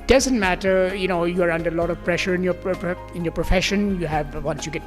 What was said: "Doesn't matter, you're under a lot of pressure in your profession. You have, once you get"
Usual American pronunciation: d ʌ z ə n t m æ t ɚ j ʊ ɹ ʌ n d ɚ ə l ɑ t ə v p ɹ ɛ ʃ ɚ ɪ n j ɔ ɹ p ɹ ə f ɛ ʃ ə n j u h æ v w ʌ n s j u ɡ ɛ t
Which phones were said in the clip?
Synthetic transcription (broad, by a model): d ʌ z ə n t m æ t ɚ j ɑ ɹ ʌ n d ɚ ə l ɑ t ə v p ɹ ɛ ʃ ɚ ɪ n j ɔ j p ɹ ə f ɛ ʃ ə n j u h æ v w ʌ n s j u ɡ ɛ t